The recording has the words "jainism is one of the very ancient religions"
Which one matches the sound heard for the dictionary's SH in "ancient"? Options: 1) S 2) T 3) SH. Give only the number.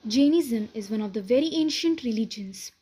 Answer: 3